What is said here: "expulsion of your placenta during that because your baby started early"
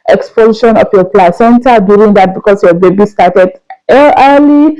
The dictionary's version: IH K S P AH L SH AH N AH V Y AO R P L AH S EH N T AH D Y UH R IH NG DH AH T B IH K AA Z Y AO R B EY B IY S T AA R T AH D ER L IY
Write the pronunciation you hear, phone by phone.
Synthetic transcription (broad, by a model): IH K S P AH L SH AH N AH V Y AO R P L AH S EH N T AH D Y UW R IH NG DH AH T B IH K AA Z Y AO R B EY B IY S T AA R T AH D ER L IY